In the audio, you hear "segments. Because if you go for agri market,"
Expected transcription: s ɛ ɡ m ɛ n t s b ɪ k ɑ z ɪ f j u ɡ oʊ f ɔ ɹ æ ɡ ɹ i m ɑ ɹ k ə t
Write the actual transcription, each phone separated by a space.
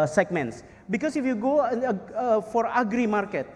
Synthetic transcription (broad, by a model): s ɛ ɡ m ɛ n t s b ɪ k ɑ s ɪ f j u ɡ oʊ f ɔ ɹ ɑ ɡ ɹ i m ɑ ɹ k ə t